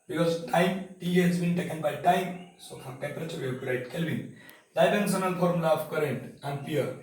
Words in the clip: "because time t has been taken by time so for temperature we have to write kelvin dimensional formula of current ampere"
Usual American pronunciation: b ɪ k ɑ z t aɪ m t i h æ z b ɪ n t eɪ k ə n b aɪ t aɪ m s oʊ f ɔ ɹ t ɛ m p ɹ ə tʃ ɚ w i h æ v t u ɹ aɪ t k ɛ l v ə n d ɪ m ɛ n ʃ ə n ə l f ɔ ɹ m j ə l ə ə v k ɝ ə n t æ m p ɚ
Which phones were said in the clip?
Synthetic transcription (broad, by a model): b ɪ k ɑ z t aɪ m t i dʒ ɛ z b ɪ n t eɪ k ə n b aɪ t aɪ m s oʊ f ɔ ɹ t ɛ m p ɹ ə tʃ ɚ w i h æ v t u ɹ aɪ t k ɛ l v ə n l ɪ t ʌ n s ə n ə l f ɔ ɹ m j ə l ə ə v k ɝ ə n t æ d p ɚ